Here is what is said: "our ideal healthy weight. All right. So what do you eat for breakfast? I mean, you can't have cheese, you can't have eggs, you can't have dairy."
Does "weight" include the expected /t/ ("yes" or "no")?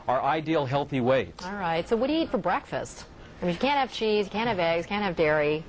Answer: yes